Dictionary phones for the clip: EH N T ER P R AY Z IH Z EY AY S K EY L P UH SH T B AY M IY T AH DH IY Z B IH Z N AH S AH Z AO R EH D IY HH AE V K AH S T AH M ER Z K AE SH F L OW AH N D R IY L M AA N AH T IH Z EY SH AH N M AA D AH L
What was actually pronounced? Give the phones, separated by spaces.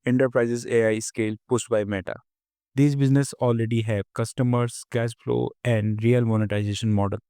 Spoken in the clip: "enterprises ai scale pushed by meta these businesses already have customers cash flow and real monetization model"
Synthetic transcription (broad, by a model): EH N T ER P R AY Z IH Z EY AY S K EY L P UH S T B AY M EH T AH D IY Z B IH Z N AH S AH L R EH D IY HH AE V K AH S T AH M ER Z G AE S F L OW AH N D R IY L M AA N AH T IH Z EY SH AH N M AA D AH L